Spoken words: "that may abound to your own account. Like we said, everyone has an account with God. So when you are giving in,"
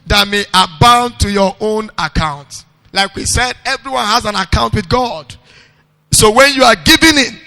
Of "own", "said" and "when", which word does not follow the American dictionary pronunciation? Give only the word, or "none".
none